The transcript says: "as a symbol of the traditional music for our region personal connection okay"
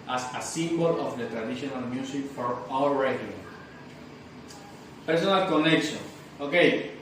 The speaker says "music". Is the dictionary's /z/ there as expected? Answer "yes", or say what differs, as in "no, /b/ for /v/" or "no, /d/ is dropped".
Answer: no, /s/ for /z/